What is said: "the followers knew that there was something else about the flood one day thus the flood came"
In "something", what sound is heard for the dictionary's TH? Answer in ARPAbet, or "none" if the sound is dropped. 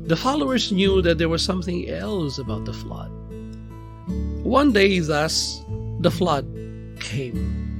TH